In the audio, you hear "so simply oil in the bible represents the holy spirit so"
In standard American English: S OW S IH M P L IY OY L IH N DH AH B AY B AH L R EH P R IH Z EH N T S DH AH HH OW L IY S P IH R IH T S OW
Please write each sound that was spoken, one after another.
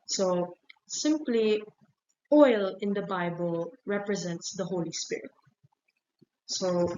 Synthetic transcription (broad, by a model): S OW S IH M P L IY OY L IH N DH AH B AY B AH L R EH P R IH Z EH N T S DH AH HH OW L IY S P IH R IH T S OW